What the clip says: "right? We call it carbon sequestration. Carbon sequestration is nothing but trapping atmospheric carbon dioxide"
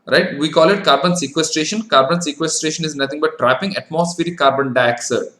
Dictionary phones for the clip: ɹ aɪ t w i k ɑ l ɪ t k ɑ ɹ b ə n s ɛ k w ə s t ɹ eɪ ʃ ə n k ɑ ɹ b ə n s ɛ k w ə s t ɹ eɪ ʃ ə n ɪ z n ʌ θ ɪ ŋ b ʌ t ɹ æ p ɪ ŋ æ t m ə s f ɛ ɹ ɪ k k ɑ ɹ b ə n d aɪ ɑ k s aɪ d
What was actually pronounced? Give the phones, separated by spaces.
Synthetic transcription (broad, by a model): ɹ aɪ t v i k ɑ l ɪ t k ɑ ɹ b ə n s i k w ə s t ɹ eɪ ʃ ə n k ɑ ɹ b ə n s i k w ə s t ɹ eɪ ʃ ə n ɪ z n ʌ t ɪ ŋ b ʌ t ɹ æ p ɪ ŋ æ t m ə s f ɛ ɹ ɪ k k ɑ ɹ b ə n d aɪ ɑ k s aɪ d